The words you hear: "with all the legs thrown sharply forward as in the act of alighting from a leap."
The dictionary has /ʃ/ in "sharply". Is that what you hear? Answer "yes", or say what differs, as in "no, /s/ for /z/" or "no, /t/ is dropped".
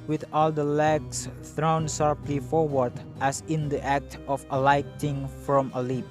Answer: no, /s/ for /ʃ/